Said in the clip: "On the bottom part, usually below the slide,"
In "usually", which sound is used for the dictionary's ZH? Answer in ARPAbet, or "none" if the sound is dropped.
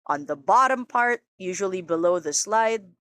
ZH